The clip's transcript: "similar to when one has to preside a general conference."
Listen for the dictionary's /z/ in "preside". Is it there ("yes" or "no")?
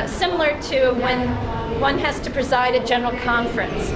yes